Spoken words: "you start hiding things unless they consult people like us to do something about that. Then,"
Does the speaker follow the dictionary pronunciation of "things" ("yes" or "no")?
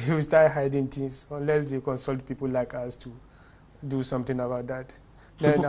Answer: no